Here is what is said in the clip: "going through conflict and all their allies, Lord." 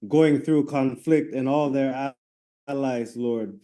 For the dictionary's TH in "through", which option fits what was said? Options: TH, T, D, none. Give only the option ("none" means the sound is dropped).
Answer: TH